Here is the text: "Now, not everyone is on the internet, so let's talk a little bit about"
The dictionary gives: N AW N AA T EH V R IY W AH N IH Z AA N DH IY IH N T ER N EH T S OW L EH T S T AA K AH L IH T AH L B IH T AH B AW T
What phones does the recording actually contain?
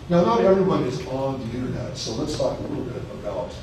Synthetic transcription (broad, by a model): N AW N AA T EH V R IY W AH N IH Z N DH IY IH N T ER N EH T S OW L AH T S T AA K AH L IH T L B IH T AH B AW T